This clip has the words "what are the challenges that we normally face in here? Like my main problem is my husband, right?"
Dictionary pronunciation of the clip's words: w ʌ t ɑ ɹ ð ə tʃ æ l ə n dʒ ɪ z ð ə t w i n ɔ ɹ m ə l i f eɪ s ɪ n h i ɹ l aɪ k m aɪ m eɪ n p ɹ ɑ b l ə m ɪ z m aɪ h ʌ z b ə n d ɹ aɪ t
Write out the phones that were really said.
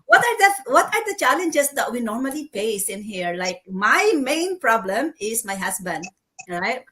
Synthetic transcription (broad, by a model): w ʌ t ɑ ɹ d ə tʃ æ l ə n dʒ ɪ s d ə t w i n ɔ ɹ m ə l i p eɪ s ɪ n h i ɹ l aɪ k m aɪ m eɪ n p ɹ ɑ b l ə m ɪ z m aɪ h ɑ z b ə n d ɹ aɪ t